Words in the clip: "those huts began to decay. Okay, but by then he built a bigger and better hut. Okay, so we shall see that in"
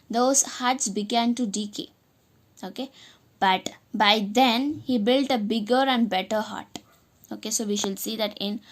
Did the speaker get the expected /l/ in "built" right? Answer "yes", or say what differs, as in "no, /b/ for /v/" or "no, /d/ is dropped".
yes